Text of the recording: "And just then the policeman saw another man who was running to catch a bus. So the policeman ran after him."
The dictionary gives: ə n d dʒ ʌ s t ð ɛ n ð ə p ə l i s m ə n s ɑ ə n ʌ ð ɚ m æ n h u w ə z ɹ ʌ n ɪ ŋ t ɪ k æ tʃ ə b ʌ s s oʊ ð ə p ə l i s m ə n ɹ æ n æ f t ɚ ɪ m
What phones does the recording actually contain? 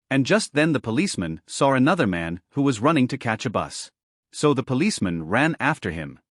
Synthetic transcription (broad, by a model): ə n dʒ ʌ s t ð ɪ n ð ə p ə l i s m ə n s ɑ ə n ʌ ð ɚ m æ n h u w ə z ɹ ʌ n ɪ ŋ t ɪ k æ tʃ ə b ʌ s s oʊ ð ə p ə l i s m ə n ɹ æ n æ f t ɚ ɪ m